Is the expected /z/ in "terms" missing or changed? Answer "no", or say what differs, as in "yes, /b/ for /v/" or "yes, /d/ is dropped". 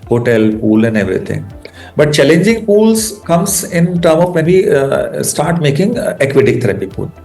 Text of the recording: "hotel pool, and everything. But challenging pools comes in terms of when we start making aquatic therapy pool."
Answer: yes, /z/ is dropped